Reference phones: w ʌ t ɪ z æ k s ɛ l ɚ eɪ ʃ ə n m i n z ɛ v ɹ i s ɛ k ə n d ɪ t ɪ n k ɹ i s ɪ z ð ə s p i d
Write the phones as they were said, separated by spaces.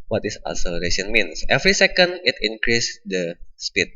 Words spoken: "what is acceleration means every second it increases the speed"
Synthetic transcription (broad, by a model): w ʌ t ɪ s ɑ s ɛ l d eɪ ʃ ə n m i n s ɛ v ɹ i s ɛ k ə n d ɪ t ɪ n k ɹ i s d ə s p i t